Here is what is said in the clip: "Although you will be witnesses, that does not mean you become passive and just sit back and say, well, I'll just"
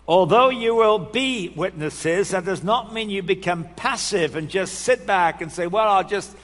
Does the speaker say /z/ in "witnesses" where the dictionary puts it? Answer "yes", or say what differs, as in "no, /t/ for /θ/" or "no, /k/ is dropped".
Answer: yes